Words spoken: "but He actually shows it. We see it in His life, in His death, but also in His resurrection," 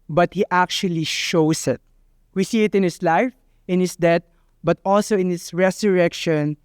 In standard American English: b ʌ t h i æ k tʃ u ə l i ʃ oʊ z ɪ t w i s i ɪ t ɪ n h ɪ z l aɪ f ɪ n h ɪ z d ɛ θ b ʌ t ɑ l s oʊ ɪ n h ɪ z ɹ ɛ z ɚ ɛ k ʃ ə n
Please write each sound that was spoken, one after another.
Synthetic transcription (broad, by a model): b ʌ t h i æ k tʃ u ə l i ʃ oʊ s ɪ t w i s i ɪ t ɪ n h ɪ s l aɪ f ɪ n h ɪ s d ɛ t b ʌ t ɑ l s oʊ ɪ n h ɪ s ɹ ɛ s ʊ ɛ k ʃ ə n